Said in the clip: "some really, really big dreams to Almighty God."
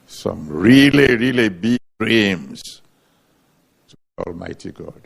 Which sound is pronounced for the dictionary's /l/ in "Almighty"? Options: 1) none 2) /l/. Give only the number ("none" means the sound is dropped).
2